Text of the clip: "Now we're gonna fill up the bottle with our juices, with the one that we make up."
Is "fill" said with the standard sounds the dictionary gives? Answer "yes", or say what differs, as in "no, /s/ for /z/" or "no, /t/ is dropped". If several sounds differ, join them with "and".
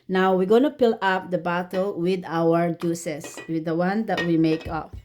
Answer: no, /p/ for /f/